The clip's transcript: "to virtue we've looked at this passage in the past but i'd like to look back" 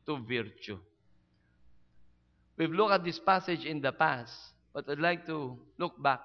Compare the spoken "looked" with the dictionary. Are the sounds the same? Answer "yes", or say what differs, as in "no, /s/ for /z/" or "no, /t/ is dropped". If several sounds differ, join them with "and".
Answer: no, /t/ is dropped